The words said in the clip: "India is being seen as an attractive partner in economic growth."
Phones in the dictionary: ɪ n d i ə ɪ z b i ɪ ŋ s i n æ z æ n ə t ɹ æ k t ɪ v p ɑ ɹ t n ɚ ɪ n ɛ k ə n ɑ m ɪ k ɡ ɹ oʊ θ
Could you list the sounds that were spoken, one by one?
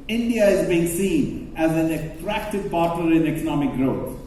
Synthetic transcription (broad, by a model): ɪ n d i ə ɪ z b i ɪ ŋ s i n æ z æ n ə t ɹ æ k t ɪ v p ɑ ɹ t l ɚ ɪ n ɛ k ə n ɑ m ɪ k ɡ ɹ oʊ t